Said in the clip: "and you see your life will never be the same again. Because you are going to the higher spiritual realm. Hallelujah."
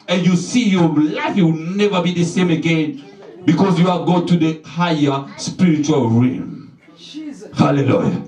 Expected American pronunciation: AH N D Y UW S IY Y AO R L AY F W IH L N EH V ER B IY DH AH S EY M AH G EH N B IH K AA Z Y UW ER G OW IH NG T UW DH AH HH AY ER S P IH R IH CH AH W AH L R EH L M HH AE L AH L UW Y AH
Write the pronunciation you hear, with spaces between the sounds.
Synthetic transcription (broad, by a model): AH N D Y UW S IY Y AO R L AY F W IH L N EH V ER B IY DH AH S EY M AH G EH N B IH K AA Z Y UW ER G OW T UW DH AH HH AY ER S P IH R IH CH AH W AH L R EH M HH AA L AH L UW Y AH